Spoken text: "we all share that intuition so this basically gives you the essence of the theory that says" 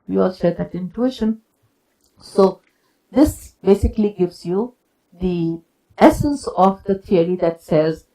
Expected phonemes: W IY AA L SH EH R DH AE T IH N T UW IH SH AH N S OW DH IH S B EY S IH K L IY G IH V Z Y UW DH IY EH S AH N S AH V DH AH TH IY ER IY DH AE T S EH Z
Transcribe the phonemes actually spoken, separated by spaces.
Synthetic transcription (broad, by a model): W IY AA L SH EH R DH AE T IH N T UW IH SH AH N S OW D IH S B EY S IH K L IY G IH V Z Y UW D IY EH S AH N S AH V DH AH T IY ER IY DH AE T S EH Z